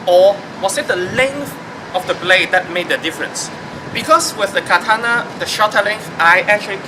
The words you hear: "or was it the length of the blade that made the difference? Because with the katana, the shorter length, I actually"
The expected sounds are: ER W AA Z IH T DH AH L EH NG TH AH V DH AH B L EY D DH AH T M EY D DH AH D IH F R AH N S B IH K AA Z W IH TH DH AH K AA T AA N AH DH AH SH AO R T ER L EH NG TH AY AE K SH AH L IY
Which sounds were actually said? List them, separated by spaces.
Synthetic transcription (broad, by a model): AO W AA S IH T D AH L EH NG TH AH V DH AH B L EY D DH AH T M EY D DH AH D IH F R AH N S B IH K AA S W IH TH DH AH K AA T AA N AH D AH SH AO T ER L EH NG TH AY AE K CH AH L IY